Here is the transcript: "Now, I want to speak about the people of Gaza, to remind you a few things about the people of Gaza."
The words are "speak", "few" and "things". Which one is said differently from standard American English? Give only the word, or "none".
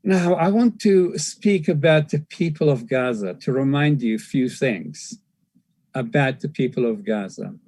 none